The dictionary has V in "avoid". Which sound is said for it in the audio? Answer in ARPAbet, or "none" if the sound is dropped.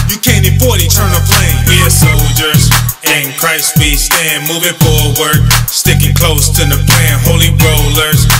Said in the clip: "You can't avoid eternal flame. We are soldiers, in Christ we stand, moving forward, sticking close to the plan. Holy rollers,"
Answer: B